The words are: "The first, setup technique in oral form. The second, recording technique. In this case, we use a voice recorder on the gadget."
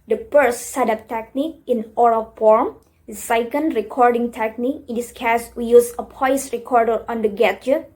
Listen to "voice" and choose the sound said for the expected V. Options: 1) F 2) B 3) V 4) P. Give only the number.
4